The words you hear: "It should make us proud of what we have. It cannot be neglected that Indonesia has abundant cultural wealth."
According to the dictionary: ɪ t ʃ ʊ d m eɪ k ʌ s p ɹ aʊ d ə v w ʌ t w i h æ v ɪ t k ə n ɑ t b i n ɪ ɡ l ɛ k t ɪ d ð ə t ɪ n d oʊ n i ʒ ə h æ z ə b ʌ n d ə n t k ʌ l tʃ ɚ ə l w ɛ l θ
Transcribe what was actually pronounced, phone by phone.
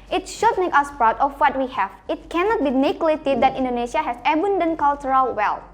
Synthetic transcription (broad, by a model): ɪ t ʃ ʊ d m eɪ k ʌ s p ɹ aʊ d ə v w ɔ t w i h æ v ɪ t k ə n ɑ t b i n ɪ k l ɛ t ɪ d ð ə t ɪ n d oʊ n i ʃ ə h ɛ s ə b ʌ n d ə n k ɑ l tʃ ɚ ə l w ɛ l